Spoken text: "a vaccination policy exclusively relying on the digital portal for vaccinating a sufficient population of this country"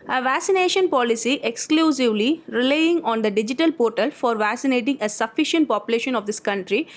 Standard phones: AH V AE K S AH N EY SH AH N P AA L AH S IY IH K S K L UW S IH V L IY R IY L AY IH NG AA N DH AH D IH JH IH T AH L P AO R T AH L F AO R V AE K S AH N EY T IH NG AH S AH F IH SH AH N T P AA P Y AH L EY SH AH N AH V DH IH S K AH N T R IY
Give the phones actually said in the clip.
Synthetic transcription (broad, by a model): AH V AE K S AH N EY SH AH N P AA L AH S IY IH K S K L UW S IH V L IY R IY L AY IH NG AA N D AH D IH JH IH T AH L P AO R T AH L F AO R V AE K S AH N EY T IH NG AH S AH F IH SH AH N T P AA P Y AH L EY SH AH N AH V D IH S K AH N T R IY